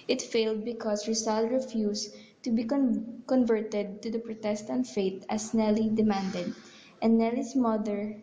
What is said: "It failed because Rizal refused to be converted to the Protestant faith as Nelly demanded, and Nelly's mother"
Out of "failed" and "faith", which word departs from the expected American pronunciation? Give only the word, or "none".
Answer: faith